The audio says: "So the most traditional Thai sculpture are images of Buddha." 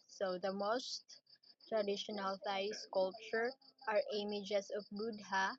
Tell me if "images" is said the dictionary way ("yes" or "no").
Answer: no